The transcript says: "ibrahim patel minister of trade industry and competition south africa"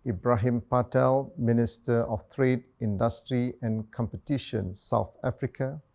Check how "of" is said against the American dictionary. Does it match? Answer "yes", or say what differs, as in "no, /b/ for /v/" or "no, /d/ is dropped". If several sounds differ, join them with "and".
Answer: no, /f/ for /v/